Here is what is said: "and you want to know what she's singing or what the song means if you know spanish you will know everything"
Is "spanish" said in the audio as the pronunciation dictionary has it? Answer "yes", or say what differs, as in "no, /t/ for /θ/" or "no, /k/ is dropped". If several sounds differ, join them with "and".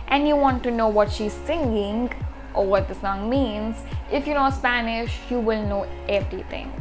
yes